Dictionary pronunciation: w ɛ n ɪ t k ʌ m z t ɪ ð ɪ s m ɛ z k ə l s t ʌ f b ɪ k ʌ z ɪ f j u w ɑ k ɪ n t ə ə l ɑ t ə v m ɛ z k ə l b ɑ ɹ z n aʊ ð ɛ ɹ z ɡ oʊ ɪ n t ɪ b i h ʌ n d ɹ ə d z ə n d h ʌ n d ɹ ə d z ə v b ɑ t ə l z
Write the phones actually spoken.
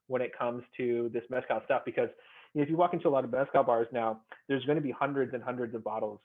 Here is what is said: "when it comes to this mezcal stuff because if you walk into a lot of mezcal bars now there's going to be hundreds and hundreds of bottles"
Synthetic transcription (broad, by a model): w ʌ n ɪ t k ʌ m z t ɪ ð ɪ s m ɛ s k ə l s t ʌ f b ɪ k ʌ z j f j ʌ w ɑ k ɪ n t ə ə l ɑ t ə v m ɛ s k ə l b ɑ ɹ z n aʊ ð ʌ ɹ z ɡ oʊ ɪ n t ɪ b i h ʌ n d ɹ ə d z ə n h ʌ n d ɹ ə d z ə v b ɑ t l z